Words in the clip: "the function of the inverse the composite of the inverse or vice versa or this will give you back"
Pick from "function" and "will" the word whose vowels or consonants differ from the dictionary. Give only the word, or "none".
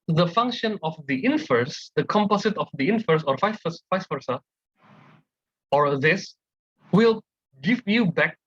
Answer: none